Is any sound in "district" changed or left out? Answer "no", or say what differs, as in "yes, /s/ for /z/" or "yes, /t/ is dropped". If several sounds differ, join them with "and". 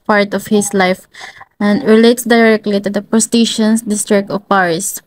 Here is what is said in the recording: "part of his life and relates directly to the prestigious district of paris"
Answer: no